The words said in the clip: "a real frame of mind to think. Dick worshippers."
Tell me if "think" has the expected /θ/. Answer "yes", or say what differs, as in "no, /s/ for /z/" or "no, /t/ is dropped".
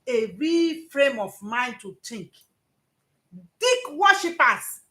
no, /t/ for /θ/